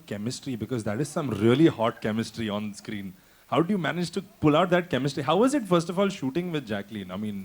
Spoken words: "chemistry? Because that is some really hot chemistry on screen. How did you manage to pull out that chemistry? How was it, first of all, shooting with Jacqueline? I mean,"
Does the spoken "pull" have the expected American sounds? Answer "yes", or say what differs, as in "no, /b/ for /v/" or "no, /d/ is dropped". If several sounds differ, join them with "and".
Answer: yes